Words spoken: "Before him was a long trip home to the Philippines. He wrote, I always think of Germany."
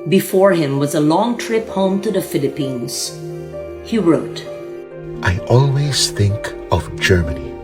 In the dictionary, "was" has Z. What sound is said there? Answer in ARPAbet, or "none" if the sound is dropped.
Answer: Z